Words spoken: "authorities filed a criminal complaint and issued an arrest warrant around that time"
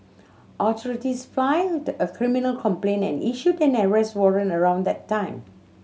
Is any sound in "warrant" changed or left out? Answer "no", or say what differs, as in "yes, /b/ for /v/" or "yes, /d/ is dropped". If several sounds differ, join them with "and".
yes, /t/ is dropped